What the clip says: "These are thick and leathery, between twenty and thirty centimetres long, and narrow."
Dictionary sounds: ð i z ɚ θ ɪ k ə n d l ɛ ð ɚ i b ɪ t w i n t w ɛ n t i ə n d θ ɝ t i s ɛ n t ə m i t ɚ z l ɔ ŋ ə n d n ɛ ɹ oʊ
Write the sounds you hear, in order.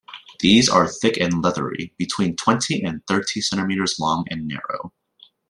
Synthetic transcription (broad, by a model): ð i z ɚ θ ɪ k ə n l ɛ ð ɚ i b ɪ t w i n t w ɛ n t i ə n θ ɝ t i s ɛ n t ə m i t ɚ z l ɔ ŋ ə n n ɛ ɹ oʊ